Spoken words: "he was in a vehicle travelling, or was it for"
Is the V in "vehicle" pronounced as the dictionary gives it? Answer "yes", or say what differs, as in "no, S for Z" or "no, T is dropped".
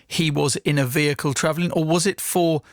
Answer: yes